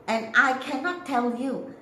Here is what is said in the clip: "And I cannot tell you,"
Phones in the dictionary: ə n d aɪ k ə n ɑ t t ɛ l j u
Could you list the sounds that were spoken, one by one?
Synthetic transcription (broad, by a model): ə n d aɪ k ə n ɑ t t ɛ l j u